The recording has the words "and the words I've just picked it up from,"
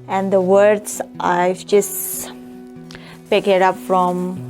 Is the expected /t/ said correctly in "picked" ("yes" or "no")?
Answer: no